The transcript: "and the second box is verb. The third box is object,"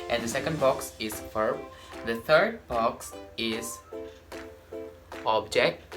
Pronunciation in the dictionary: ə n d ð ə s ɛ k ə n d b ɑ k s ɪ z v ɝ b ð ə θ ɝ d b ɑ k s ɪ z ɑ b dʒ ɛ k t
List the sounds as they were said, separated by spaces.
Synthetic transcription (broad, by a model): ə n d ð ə s ɛ k ə n d b ɑ k s ɪ z f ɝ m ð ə t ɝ d b ɑ k s ɪ z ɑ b dʒ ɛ k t